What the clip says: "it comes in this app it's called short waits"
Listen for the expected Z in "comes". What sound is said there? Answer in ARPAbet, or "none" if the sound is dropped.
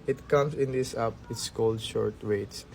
S